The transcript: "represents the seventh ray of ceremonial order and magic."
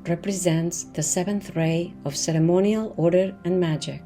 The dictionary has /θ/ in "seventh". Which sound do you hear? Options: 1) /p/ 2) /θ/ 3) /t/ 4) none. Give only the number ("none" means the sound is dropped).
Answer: 2